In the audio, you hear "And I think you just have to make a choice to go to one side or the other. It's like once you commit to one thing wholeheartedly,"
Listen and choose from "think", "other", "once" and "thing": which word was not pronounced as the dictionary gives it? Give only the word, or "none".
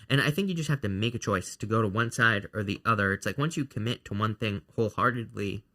none